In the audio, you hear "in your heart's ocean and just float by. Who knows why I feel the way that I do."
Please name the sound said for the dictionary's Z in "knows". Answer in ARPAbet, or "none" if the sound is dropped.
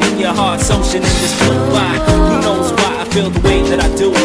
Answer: Z